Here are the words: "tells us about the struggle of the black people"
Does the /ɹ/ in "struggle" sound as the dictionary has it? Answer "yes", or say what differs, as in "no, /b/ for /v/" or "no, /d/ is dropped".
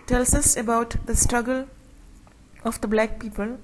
yes